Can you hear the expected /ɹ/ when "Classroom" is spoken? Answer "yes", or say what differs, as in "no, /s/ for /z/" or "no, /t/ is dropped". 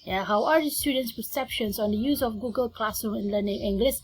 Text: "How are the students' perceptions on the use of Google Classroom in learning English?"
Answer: no, /ɹ/ is dropped